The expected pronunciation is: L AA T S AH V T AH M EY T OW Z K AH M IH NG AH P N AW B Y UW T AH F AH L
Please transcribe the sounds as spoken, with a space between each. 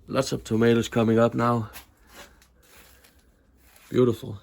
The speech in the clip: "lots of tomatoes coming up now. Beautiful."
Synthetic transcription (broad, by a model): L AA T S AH B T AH M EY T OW S K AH M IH NG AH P N AW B Y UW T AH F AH